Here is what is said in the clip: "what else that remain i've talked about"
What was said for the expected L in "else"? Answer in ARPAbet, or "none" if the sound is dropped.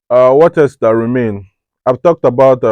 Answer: none